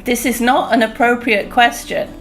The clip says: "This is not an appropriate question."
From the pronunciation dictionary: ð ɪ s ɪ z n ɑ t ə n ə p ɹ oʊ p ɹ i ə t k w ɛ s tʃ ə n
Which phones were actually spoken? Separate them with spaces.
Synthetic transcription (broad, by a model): ð ɪ s ɪ z n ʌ t ə n ə p ɹ oʊ p ɹ i ə t k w ɛ s tʃ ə n